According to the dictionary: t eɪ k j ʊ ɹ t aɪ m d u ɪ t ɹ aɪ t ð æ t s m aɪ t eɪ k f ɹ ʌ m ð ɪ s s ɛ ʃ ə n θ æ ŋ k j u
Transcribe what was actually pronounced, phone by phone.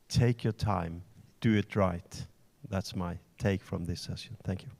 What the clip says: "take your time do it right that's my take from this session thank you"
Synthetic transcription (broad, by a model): t eɪ k j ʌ ɹ t aɪ m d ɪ ɪ t ɹ aɪ t ð æ t s m aɪ t eɪ k f ɹ ʌ m ð ɪ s s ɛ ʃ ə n θ æ ŋ k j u